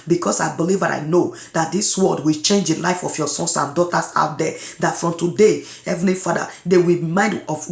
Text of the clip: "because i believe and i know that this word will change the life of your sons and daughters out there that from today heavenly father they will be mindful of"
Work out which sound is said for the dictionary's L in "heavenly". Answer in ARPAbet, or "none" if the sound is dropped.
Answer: none